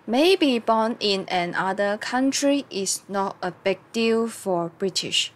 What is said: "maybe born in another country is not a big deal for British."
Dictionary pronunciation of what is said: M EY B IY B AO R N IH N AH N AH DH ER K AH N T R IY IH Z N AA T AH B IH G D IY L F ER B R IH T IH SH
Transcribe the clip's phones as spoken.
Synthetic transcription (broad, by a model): M EY B IY B AO N IH N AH N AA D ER K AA N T R IY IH S N AA T AH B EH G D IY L F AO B R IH T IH SH